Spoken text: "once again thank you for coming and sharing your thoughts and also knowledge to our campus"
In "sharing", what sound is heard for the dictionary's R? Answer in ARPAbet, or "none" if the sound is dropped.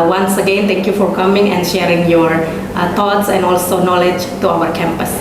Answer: R